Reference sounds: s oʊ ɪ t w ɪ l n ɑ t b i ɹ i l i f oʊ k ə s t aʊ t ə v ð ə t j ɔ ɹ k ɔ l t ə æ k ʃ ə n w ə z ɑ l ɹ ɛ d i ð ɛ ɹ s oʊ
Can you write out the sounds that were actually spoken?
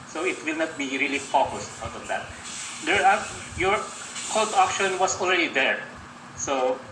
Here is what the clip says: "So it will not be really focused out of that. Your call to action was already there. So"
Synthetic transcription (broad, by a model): s oʊ ɪ t w ɪ l n ɑ t b i ɹ i l i f oʊ k ə s t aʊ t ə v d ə t j ɔ ɹ k ɔ l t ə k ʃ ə n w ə s ɑ l ɹ ɛ d i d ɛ ɹ s oʊ